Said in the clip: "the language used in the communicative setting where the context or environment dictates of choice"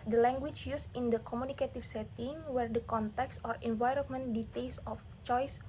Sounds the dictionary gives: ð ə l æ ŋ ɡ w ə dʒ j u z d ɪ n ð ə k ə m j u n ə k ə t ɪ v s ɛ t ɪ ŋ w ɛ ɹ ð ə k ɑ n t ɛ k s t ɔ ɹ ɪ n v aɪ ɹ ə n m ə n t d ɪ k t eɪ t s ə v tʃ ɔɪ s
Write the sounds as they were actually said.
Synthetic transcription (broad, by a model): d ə l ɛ ŋ ɡ w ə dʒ j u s ɪ n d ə k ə m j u n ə k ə t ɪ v s ɛ t ɪ ŋ w ɛ ɹ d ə k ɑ n t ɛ k s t ɔ ɹ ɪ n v aɪ ɹ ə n m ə n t d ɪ t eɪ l s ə f tʃ ɔɪ s